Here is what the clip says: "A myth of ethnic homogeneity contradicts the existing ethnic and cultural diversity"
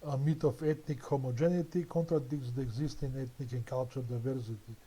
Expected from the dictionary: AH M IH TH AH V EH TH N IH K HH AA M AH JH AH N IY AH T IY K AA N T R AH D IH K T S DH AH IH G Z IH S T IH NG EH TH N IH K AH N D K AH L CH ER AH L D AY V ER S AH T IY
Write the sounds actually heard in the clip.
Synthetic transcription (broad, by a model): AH M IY T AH F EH T N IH K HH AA M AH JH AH N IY T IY K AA N T R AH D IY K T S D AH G Z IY S T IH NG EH T N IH K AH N K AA L CH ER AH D D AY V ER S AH T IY